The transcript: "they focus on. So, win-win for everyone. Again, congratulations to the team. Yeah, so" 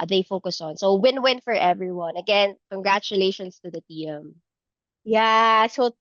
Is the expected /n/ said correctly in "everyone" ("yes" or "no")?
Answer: yes